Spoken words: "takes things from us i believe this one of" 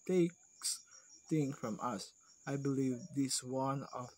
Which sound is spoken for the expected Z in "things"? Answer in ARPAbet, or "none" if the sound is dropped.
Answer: none